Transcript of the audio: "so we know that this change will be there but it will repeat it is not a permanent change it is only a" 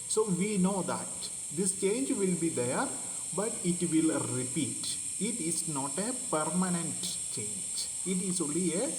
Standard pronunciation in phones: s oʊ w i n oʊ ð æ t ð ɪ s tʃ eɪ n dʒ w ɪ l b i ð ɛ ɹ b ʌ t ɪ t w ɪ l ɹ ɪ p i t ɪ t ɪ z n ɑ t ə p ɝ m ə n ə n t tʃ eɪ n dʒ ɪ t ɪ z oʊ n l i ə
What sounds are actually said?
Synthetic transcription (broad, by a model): s oʊ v i n oʊ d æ t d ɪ s tʃ eɪ n dʒ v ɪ l b i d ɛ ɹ b ʌ t ɪ t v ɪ l ɹ ɪ p i t ɪ t ɪ z n ɑ t ə p ɝ m ə n ə n t tʃ eɪ n dʒ ɪ t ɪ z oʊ l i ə